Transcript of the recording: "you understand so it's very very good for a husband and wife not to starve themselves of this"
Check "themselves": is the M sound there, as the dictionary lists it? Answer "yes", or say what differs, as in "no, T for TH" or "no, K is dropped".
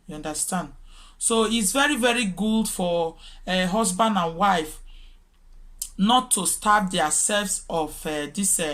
no, M is dropped